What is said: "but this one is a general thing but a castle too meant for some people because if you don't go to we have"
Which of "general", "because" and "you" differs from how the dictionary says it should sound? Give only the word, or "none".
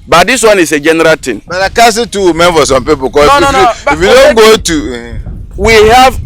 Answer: because